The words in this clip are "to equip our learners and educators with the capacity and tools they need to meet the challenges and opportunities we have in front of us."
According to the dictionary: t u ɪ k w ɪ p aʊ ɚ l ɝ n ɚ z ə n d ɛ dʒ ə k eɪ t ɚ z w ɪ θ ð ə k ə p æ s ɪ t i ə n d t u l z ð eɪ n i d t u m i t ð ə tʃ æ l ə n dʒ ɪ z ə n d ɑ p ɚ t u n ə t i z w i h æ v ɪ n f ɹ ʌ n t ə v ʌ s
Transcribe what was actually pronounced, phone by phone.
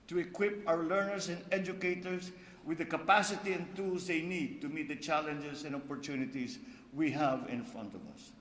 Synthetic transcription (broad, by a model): t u ɪ k w ɪ p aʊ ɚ l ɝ n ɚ s ə n d ɛ dʒ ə k eɪ t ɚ s w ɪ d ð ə k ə p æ s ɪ t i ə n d t u l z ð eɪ n i d t u m i t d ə tʃ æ l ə n dʒ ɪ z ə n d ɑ p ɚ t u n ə t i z w i h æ v ɪ n f ɹ ʌ n t ə v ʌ s